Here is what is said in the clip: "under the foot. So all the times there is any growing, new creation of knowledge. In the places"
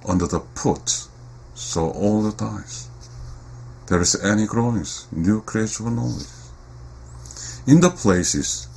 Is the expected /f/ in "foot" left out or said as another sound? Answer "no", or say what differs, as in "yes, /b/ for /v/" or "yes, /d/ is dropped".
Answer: yes, /p/ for /f/